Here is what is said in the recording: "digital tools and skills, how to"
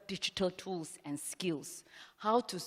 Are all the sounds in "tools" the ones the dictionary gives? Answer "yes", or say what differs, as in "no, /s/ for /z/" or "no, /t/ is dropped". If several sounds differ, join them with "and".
no, /s/ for /z/